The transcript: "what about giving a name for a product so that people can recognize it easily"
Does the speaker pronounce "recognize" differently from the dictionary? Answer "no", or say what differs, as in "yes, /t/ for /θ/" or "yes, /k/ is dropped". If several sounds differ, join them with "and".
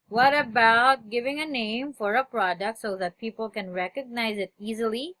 no